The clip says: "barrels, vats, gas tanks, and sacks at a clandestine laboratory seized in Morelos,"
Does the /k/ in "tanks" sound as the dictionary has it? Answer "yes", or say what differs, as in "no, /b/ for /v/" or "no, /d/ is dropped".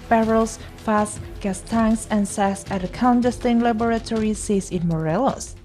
no, /k/ is dropped